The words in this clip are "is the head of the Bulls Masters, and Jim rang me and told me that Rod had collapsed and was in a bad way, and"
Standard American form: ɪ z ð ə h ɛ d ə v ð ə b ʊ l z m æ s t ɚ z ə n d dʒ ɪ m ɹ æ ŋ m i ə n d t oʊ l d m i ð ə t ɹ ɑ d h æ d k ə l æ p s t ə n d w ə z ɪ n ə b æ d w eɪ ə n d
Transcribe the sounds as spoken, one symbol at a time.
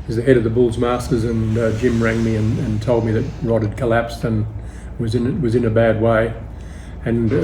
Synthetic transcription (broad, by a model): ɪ z ð ə h ɛ d ə v ð ə b ʊ l z m æ s t ɚ z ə n dʒ ɪ m ɹ æ ŋ m i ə n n t oʊ l d m i ð ə t ɹ ɑ d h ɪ d k ə l æ p s t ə n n w ə z ɪ n ə b æ d w eɪ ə n